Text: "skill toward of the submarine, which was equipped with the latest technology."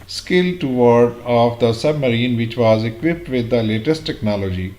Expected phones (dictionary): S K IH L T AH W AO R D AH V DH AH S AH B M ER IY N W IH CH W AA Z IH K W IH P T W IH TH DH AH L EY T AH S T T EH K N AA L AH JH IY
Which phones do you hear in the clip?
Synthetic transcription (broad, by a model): S K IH L T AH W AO R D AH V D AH S AH B M ER IY N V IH CH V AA Z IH K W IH P T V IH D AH L EY T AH S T T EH K N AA L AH JH IY